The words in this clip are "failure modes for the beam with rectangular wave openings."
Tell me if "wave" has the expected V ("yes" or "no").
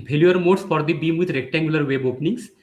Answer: no